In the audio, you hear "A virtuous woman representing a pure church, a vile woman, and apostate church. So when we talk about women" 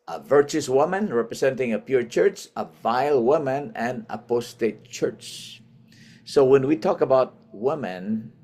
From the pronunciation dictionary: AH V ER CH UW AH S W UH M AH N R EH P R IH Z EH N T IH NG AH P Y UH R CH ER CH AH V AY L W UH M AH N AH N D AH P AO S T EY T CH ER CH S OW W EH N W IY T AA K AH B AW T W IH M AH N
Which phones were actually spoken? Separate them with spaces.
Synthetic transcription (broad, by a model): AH V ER CH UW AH S W UH M AH N R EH P R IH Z EH N T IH NG AH P Y UH R CH ER CH AH V AY L W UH M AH N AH N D AH P AO S T EY T CH ER CH S OW W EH N W IY T AA K AH B AW T W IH M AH N